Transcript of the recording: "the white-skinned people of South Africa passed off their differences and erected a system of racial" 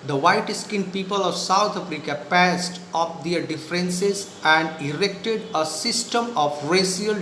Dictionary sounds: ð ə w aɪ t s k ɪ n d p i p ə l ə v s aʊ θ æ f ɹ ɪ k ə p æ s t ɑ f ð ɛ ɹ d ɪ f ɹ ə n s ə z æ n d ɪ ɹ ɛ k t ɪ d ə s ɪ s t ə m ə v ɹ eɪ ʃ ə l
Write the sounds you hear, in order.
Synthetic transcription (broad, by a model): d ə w aɪ t s k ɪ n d p i p ə l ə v s aʊ t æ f ɹ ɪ k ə p æ s t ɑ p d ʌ ɹ d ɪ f ɹ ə n s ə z æ n d ɪ ɹ ɛ k t ɪ d ə s ɪ s t ə m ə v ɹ eɪ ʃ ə l